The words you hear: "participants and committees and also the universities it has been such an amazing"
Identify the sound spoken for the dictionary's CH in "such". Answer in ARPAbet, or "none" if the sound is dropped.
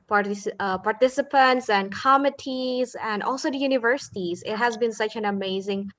CH